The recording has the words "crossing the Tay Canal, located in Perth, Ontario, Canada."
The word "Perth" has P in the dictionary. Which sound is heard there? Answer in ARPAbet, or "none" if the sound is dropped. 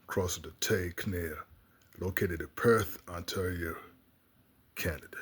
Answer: P